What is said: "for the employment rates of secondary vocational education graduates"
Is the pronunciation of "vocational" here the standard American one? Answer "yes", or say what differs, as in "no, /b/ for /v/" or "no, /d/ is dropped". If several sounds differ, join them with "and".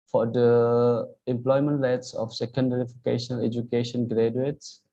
no, /f/ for /v/